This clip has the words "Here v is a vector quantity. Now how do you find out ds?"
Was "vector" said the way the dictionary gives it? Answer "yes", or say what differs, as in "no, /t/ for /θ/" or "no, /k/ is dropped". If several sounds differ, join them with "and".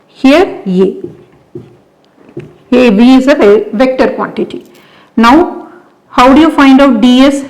yes